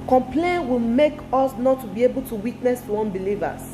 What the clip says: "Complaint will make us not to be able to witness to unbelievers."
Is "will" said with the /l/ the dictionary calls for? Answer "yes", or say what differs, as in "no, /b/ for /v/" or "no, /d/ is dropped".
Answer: yes